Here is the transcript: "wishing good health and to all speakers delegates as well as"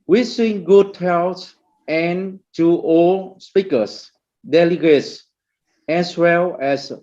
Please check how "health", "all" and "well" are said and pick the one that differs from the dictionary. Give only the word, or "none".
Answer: health